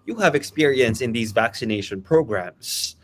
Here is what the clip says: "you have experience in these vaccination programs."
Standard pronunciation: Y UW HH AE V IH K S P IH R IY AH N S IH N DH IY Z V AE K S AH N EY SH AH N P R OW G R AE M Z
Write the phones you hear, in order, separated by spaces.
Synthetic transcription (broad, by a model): Y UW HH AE V IH K S P IH R IY AH N S IH N DH IY Z V AE K S AH N EY SH AH N P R OW G R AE M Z